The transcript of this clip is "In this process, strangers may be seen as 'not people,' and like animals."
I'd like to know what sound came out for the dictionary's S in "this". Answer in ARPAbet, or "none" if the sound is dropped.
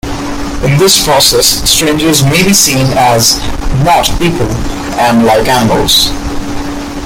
S